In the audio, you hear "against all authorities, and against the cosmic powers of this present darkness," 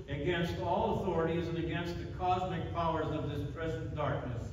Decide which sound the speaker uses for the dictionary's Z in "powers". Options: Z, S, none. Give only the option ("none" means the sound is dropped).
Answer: Z